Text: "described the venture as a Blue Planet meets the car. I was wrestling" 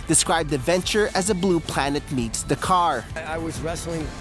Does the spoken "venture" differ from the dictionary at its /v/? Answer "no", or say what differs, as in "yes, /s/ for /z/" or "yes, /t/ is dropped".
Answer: no